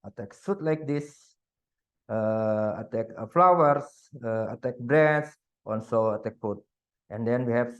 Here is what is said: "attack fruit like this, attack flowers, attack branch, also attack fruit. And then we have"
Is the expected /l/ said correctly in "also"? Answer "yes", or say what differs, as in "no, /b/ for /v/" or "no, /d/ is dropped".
no, /n/ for /l/